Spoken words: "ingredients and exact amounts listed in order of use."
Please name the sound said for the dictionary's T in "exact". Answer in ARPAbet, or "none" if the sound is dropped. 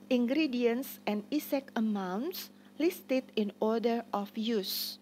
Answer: none